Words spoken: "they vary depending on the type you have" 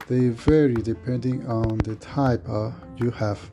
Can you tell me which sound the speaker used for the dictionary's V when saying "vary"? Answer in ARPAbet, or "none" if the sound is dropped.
V